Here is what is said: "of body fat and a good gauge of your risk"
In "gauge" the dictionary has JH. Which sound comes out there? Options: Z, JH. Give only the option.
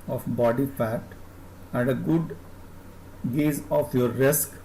Z